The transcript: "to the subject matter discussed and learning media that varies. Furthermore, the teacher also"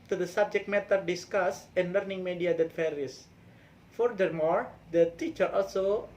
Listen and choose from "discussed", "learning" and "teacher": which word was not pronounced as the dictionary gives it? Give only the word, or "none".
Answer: discussed